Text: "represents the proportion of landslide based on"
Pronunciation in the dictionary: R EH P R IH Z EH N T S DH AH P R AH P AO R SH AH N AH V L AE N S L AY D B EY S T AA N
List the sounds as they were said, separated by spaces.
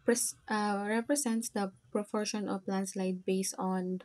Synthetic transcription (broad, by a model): R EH P R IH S EH N T S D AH P R AH P AO R SH AH N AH P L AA N S L AY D B EY S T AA N